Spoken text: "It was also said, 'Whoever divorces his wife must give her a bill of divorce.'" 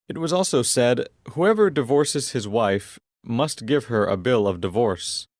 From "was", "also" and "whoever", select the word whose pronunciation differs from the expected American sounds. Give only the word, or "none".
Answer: none